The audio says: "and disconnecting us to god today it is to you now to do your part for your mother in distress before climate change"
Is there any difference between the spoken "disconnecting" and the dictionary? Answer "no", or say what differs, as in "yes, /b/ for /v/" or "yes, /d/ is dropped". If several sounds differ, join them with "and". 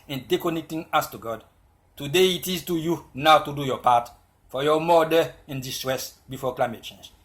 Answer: yes, /s/ is dropped